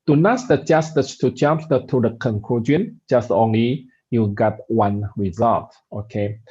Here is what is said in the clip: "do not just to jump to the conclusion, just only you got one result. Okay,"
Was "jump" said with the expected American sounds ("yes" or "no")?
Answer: no